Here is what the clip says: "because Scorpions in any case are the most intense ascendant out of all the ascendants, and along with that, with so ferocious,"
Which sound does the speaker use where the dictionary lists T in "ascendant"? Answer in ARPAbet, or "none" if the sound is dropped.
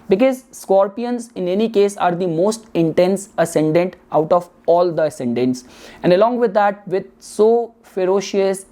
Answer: T